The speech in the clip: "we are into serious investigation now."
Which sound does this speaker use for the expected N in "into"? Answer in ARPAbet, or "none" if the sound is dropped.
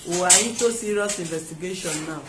none